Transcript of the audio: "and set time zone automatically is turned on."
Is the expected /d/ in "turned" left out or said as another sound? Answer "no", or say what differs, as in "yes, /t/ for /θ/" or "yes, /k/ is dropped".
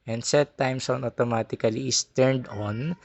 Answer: no